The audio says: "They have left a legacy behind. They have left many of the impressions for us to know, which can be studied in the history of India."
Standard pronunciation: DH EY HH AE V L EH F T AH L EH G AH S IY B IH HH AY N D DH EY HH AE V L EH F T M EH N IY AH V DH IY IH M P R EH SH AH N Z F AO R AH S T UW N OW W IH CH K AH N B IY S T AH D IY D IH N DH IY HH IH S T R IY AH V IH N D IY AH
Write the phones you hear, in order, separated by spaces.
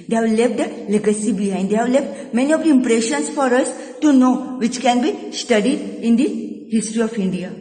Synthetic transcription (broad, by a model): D EY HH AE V L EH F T AH L EH G AH S IY B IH HH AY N D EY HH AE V L EH F T M EH N IY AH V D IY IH M P R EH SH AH N S F AO R AH S T UW N OW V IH CH K AH N B IY S T AH D IY D IH N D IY HH IH S T R IY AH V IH N D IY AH